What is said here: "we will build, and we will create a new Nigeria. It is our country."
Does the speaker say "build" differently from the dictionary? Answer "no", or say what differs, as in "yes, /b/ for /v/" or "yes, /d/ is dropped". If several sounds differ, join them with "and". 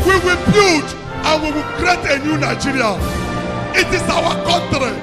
yes, /l/ is dropped